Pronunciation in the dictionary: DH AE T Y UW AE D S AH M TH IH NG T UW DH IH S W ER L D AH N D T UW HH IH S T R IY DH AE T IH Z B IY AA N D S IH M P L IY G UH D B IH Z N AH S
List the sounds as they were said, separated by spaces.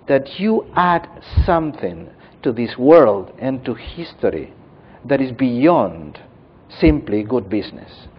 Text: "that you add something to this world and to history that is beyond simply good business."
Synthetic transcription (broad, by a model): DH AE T Y UW AE D S AH M TH IH NG T UW DH IH S W ER L D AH N T UW HH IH S T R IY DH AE T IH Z B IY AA N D S IH M P L IY G UH D B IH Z N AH S